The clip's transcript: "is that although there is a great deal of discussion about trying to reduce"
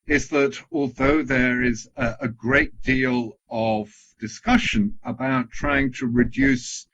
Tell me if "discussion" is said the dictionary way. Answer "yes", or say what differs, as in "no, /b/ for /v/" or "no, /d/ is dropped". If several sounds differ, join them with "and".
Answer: yes